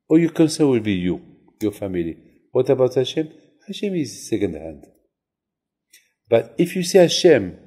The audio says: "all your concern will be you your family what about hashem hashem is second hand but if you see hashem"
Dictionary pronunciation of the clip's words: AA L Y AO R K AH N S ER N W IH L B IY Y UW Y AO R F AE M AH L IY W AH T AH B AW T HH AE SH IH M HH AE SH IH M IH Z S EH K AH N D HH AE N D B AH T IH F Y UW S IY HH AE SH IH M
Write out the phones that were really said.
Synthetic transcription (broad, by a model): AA Y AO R K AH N S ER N W IH L B IY Y UW Y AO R F AE M AH L IY W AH T AH B AW T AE SH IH M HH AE SH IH M IH Z S EH K AH N D HH AE N D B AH T IH F Y UW S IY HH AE SH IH M